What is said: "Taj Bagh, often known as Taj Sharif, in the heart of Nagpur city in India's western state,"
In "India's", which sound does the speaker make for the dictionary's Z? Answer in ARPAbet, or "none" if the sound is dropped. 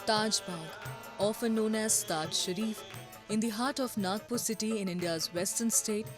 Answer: Z